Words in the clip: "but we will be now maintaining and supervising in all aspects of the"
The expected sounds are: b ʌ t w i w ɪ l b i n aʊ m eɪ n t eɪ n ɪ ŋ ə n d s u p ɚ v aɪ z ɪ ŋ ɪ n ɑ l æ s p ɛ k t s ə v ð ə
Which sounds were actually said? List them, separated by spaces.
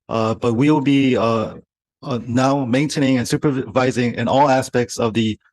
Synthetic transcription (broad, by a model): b ʌ t w i w ɪ l b i n aʊ m eɪ n t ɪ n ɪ ŋ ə n s u p ɚ v aɪ z ɪ ŋ ɪ n ɑ l æ s p ɛ k t s ə v ð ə